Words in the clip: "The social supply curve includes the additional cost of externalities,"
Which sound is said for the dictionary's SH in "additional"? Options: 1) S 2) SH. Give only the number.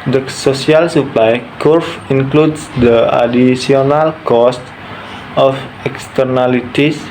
1